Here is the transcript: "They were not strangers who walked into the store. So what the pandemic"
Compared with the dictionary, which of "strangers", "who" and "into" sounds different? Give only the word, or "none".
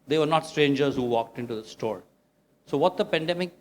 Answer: none